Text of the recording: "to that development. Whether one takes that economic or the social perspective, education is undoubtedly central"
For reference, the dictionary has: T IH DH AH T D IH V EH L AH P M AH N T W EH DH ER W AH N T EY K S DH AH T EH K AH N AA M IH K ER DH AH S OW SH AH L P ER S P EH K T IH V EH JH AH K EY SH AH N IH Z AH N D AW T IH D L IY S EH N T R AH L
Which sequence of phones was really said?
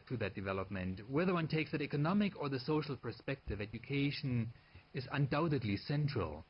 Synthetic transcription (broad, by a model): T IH DH AH T D IH V EH L AH P M AH N T W EH DH ER W AH N T EY K S DH AH T EH K AH N AA M IH K ER DH AH S OW SH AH L P ER S P EH K T IH V EH JH AH K EY SH AH N IH Z AH N D AW T IH D L IY S EH N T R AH L